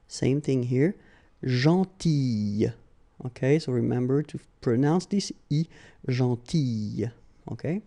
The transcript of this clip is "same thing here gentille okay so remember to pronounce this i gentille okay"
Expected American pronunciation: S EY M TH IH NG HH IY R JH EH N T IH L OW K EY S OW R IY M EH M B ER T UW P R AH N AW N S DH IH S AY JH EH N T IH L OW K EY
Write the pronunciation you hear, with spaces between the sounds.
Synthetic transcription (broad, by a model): S EY M TH IH NG HH IY R ZH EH T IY OW K EY S OW R IY M EH M B ER T UW P R AH N AW N S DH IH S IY ZH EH T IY OW K EY